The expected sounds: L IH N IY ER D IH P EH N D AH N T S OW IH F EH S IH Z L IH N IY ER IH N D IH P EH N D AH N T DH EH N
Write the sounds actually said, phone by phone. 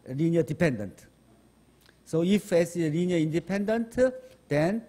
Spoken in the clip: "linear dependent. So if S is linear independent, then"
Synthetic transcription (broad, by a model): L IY N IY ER D IH P EH N D AH N T S OW IH F EH S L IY N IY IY N D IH P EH N D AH N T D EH N